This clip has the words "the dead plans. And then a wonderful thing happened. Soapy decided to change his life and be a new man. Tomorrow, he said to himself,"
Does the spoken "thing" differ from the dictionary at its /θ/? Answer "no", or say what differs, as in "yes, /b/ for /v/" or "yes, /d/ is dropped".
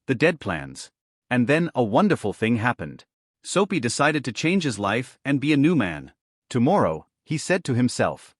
no